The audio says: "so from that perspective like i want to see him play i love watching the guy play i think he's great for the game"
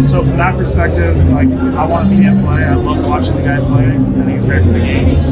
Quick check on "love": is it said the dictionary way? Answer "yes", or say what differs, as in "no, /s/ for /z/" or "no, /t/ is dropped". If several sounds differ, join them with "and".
no, /n/ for /l/